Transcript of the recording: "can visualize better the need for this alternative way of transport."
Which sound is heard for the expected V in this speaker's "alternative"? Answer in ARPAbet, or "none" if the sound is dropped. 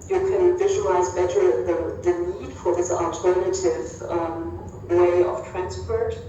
V